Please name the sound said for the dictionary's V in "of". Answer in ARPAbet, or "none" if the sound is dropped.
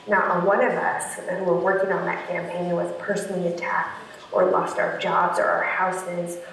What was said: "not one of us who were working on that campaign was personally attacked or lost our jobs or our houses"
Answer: V